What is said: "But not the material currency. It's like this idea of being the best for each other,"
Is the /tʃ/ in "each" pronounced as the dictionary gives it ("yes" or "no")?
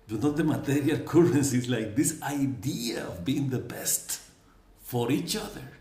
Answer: yes